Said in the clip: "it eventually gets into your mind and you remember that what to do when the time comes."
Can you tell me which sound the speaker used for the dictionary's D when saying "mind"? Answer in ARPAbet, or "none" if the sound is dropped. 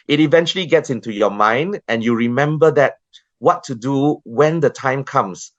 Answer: D